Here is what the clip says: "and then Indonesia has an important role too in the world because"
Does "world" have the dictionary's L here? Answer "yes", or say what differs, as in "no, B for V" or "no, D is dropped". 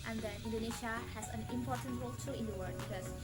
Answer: no, L is dropped